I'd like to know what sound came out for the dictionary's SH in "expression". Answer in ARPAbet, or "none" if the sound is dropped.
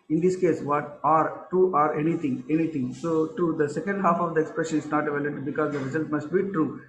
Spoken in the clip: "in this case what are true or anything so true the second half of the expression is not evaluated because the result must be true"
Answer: SH